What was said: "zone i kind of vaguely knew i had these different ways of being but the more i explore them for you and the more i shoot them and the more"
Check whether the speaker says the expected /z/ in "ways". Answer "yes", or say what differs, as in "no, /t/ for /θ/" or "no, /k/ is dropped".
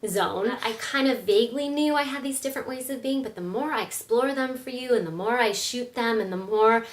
yes